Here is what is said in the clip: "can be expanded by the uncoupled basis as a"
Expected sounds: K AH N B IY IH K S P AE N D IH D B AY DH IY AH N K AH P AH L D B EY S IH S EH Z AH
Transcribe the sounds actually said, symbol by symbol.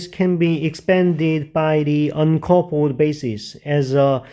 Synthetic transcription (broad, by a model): K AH N B IY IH K S P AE N D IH D B AY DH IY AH N K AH P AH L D B EY S IH S EH Z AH